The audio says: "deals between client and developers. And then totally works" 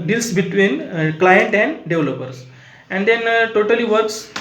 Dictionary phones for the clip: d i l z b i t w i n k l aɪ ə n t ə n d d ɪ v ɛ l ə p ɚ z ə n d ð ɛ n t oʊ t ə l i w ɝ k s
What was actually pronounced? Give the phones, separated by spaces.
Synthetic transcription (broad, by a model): d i l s b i t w i n k l aɪ ə n t ə n d d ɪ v l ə p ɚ s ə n d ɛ n t oʊ t ə l i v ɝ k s